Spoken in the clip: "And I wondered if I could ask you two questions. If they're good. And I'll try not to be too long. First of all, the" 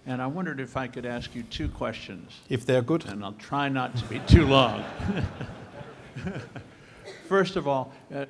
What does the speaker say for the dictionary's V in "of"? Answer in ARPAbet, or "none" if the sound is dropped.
V